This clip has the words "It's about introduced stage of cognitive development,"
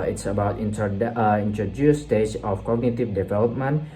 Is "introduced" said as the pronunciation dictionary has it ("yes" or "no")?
no